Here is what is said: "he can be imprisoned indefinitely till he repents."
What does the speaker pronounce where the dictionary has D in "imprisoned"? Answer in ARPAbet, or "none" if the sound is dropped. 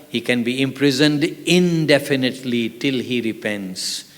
D